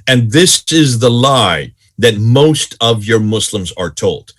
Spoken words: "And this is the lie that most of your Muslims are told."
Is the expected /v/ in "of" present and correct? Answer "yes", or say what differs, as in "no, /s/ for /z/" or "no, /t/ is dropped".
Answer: yes